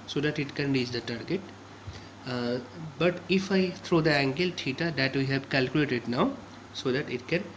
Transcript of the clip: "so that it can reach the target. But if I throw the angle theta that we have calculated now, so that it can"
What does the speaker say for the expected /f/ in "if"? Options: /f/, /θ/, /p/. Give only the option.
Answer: /f/